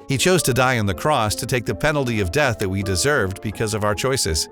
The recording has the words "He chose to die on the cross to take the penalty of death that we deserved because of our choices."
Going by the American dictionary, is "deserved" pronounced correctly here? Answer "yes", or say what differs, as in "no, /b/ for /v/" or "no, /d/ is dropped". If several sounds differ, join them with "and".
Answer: yes